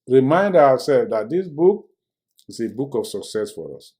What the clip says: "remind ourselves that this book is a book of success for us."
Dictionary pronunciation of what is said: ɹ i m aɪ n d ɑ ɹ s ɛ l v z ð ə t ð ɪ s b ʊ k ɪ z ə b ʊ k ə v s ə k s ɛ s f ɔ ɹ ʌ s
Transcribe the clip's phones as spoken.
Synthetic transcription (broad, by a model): ɹ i m aɪ n d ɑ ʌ s ɛ l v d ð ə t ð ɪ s b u k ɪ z ə b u k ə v s ə k s ɛ s f ɔ ɹ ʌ s